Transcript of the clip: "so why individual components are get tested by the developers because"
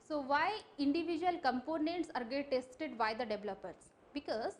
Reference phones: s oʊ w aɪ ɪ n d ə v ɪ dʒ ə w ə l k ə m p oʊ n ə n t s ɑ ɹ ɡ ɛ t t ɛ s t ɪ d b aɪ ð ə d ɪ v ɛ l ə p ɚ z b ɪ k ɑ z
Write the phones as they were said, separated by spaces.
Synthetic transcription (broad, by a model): s oʊ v aɪ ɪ n d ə v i dʒ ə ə l k ə m p oʊ n ə n t s ɑ ɹ ɡ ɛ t t ɛ s t ɪ d b aɪ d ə d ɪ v l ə p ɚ s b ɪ k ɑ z